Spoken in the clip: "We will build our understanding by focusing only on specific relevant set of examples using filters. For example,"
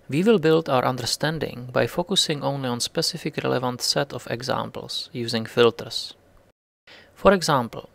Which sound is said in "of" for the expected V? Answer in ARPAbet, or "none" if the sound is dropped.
F